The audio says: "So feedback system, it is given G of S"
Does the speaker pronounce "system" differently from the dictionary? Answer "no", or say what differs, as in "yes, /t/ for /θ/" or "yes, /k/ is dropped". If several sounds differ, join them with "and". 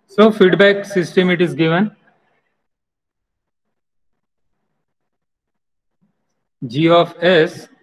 no